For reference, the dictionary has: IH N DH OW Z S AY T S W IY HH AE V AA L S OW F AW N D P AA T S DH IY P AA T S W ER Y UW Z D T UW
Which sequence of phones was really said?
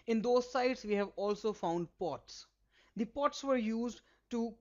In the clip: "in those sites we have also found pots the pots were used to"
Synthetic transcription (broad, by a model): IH N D OW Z S AY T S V IY HH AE V AA L S OW F AW N D P AA T S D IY P AA T S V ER Y UW Z D T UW